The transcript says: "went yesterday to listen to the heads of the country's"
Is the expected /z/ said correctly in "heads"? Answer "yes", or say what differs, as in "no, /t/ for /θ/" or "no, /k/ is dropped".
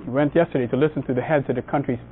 yes